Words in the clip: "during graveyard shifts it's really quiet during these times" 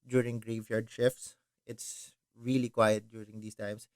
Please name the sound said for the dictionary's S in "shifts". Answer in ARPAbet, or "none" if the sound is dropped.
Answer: S